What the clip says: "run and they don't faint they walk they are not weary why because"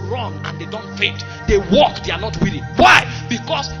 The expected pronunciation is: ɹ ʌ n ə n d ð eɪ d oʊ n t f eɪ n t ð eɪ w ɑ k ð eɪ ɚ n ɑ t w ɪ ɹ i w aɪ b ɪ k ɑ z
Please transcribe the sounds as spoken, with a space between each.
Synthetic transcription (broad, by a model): ɹ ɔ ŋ ə n d eɪ d oʊ n t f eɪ t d eɪ w ɑ k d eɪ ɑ n ɑ t w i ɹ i w aɪ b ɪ k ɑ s